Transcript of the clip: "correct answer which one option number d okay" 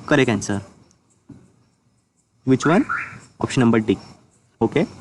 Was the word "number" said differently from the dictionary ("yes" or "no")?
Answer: no